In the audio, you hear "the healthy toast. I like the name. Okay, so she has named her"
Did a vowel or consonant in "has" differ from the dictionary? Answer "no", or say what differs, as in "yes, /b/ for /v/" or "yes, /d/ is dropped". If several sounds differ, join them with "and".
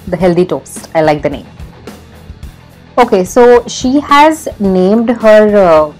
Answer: no